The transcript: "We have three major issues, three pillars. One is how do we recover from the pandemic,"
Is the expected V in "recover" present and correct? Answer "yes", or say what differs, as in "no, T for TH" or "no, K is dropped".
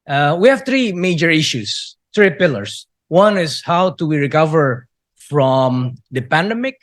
yes